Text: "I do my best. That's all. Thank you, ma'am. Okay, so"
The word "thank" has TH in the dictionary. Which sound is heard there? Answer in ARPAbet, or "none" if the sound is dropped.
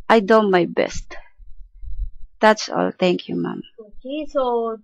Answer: T